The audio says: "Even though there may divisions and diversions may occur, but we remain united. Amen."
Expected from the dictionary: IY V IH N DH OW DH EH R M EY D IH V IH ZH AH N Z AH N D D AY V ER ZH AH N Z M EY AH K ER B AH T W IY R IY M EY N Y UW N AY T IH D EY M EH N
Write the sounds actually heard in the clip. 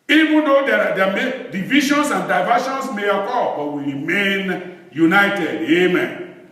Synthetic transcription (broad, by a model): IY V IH N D OW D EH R M EY D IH V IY SH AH N S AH N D D AY V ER SH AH N S M EY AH K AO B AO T W IY R IY M EY N Y UW N AY T IH D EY M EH N